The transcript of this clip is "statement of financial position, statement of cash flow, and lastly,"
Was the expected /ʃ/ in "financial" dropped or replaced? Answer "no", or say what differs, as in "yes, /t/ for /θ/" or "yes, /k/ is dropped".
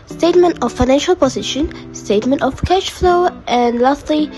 no